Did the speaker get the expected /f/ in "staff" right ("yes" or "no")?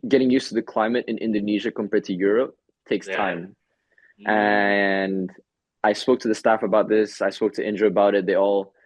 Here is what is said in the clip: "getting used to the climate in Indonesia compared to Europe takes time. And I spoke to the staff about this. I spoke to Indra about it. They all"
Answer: yes